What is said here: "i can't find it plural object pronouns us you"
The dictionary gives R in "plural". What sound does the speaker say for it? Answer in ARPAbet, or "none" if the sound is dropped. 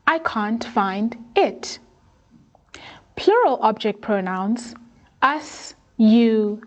R